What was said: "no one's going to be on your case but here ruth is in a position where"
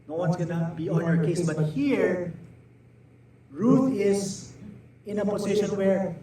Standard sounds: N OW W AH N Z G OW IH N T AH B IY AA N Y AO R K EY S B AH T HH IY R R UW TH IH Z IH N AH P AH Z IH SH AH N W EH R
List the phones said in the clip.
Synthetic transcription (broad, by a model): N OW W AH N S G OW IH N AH B IY AA N Y AO R K EY S B AH T HH IY R R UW T IH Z IH N AH P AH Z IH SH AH N W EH R